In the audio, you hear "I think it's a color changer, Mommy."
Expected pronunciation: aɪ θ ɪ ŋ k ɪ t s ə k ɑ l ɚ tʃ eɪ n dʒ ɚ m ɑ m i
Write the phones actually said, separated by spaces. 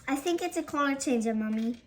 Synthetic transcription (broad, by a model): aɪ θ ɪ ŋ k ɪ t s ə k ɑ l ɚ tʃ eɪ n dʒ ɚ m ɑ m i